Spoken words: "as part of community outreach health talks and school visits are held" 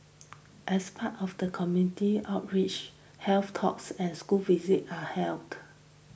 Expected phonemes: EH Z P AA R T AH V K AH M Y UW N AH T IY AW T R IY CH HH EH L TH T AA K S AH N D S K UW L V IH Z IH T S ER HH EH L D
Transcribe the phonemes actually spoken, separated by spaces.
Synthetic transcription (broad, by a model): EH S P AA T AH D K AH M Y UW N AH T IY AW T R IY CH HH EH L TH T AA K S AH N S K UW L V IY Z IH T AA HH EH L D